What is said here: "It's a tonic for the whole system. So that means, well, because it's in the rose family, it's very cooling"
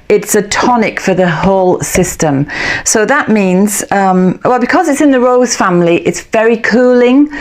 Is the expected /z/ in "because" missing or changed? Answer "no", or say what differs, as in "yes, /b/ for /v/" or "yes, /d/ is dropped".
no